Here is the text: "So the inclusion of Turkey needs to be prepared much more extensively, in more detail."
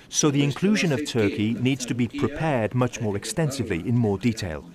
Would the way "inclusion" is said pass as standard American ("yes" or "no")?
yes